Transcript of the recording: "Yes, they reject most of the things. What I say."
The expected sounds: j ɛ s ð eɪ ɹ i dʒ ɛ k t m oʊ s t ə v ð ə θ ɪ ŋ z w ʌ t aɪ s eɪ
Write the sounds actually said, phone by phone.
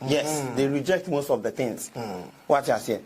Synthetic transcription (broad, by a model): j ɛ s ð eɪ ɹ i dʒ ɛ k t m oʊ s t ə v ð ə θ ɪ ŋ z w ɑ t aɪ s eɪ